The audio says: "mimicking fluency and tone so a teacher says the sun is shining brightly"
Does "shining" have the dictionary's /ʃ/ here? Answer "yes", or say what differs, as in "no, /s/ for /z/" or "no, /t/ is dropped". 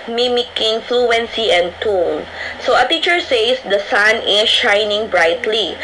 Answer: yes